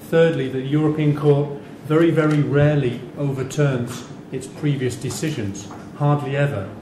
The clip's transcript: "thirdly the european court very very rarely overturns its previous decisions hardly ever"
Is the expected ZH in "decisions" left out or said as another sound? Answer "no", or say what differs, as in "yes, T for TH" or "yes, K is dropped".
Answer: no